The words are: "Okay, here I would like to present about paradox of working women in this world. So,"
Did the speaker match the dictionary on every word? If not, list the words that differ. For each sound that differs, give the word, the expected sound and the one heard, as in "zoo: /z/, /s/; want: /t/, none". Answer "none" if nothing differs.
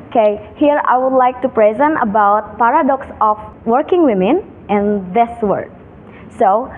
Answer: of: /v/, /f/; world: /l/, none